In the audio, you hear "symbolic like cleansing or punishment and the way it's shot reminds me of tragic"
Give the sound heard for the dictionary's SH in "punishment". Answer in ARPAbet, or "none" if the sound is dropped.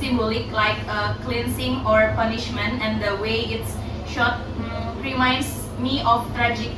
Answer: SH